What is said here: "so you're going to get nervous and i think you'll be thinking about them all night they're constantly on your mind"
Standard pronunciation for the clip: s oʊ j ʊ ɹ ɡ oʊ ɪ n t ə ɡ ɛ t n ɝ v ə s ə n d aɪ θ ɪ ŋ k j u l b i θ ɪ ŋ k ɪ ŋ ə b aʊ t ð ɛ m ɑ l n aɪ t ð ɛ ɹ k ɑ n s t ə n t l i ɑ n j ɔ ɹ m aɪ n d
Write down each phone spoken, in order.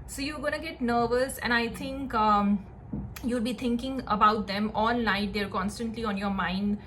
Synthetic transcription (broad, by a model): s oʊ j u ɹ ɡ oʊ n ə ɡ ɛ t n ɝ v ə s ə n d aɪ t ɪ ŋ k j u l b i t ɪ ŋ k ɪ ŋ ə b aʊ t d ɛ m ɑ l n aɪ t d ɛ ɹ k ɑ n s t ə n t l i ɑ n j ɔ ɹ m aɪ n d